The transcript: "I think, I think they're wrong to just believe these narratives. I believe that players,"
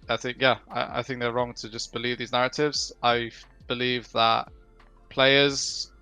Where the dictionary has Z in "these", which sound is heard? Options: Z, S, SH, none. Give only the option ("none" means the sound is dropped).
Z